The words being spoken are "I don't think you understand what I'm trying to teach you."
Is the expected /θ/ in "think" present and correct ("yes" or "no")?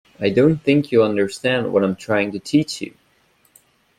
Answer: yes